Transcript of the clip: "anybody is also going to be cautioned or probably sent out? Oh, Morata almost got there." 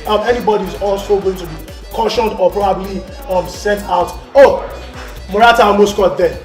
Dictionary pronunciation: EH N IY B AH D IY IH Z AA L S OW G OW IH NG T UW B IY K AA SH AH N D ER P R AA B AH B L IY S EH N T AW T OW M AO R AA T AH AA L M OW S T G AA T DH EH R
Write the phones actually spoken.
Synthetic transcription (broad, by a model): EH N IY B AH D IY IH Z AA L S OW G OW IH NG T UW B IY K AA SH AH N D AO P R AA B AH B L IY S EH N T AW T OW M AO R AA T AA M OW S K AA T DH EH